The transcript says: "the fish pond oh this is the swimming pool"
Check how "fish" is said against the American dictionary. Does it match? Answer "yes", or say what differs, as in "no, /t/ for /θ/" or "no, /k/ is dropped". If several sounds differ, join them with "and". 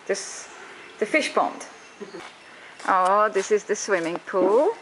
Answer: yes